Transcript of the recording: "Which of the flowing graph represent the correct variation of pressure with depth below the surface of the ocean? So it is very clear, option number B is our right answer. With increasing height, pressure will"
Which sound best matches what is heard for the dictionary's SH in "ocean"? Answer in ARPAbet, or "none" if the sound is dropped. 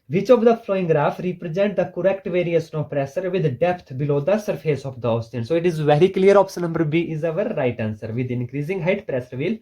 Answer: S